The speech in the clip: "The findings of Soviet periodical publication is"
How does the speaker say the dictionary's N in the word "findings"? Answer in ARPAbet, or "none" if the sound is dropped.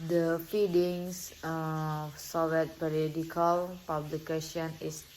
none